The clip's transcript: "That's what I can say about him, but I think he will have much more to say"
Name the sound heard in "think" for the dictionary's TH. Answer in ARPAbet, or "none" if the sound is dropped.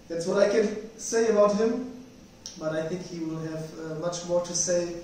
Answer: TH